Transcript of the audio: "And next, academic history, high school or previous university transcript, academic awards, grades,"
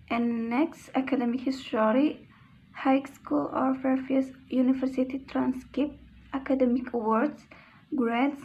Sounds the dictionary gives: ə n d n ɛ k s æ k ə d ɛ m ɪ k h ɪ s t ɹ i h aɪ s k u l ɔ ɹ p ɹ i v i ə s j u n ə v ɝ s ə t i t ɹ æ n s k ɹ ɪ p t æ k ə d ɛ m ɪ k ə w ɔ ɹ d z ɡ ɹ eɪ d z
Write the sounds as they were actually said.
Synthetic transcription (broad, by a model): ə n n ɛ k s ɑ k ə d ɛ m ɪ k h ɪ s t ɹ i h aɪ s k u l ɔ ɹ f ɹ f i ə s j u n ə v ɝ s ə t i t ɹ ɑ n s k ɪ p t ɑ k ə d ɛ m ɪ k w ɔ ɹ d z ɡ ɹ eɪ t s